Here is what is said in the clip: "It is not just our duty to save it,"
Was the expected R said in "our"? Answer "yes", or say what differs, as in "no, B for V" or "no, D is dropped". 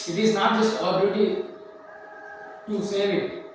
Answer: no, L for R